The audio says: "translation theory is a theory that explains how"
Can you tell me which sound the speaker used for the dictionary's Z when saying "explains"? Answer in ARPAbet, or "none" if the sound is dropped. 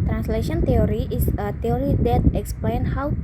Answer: none